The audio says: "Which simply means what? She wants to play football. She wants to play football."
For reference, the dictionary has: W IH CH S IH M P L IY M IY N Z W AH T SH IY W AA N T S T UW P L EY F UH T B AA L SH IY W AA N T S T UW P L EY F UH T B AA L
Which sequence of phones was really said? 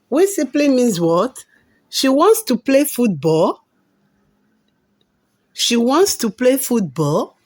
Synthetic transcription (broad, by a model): W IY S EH P L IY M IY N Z W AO T SH IY W AA N T S T UW P L EY F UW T B AA L SH IY W AA N T S T UW P L EY F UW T B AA L